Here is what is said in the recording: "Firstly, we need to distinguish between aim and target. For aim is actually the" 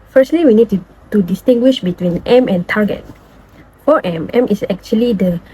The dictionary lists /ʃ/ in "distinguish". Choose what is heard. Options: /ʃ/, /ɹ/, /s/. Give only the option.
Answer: /ʃ/